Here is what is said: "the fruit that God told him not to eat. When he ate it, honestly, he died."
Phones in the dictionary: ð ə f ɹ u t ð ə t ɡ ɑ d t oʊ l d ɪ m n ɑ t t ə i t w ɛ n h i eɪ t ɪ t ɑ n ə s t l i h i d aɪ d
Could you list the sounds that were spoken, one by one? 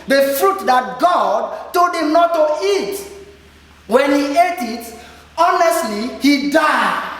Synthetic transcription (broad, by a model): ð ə f ɹ u t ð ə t ɡ ɑ d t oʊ d ɪ m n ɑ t t ə i t w ɛ n h i eɪ t ɪ t ɑ n ə s t l i h i d aɪ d